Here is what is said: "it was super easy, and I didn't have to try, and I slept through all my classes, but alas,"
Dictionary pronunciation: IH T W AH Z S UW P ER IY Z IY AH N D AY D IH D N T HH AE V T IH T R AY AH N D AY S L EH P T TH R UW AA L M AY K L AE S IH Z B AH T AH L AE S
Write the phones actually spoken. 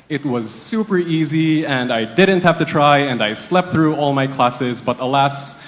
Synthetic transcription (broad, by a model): IH T W AH Z S UW P ER IY Z IY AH N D AY D IH D N T HH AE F T IH T R AY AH N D AY S L EH P T TH R UW AA L M AY K L AE S IH Z B AH T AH L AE S